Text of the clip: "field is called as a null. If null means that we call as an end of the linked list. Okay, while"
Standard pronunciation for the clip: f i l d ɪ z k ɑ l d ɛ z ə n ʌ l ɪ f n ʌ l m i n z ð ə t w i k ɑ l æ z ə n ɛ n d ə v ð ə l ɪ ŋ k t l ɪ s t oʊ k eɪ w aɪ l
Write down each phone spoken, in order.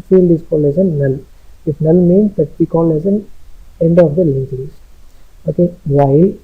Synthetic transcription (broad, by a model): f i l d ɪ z k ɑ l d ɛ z ə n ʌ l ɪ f n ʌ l m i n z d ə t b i k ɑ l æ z ə n ɛ n d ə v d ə l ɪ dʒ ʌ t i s oʊ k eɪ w aɪ